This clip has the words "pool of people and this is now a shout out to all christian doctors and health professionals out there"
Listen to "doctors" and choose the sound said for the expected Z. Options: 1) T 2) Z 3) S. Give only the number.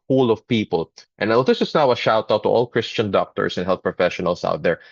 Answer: 3